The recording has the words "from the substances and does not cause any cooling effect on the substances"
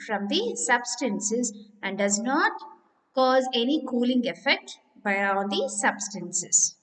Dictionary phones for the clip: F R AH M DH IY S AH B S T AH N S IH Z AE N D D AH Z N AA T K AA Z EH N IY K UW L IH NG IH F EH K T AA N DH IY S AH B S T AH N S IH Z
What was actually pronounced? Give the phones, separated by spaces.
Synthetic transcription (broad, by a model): F R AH M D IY S AH B S T AH N S IH Z AE N D D AH Z N AA T K AA Z EH N IY K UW L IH NG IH F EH K T AA N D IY S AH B S T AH N S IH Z